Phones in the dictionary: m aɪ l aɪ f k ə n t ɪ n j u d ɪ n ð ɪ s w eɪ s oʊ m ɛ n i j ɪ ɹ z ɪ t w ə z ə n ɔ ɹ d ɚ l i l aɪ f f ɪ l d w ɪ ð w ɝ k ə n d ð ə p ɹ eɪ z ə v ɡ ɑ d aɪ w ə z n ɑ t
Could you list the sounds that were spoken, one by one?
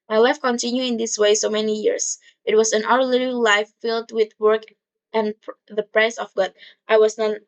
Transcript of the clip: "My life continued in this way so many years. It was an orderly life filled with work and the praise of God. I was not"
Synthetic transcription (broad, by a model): m aɪ l aɪ f k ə n t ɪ n j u ɪ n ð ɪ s w eɪ s oʊ m ɛ n i j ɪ ɹ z ɪ t w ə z ə n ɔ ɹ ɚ l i l aɪ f f ɪ l d w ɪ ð w ɝ k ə n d ð ə p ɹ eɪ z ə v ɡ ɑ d aɪ w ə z n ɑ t